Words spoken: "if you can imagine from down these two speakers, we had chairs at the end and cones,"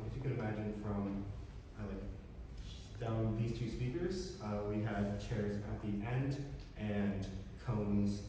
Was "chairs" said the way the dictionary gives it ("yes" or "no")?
yes